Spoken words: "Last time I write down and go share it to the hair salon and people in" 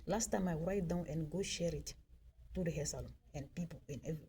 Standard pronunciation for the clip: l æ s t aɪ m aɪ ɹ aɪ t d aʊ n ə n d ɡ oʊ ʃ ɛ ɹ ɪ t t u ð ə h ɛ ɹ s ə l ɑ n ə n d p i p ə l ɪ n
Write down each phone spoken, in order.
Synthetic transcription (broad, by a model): l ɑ s t aɪ m aɪ ɹ aɪ t d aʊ n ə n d ɡ oʊ ʃ ɛ ɹ ɪ t t u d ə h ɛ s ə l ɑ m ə n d p i p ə n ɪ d